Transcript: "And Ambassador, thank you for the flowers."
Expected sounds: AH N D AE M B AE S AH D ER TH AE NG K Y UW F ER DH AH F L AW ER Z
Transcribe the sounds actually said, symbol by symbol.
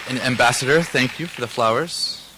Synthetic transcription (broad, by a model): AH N AE M B AE S AH D ER TH AE NG K Y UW F ER DH AH F L AW ER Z